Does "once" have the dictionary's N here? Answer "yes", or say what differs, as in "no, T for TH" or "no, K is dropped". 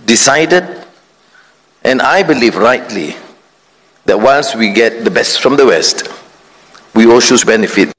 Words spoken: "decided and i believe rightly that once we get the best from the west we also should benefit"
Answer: no, L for N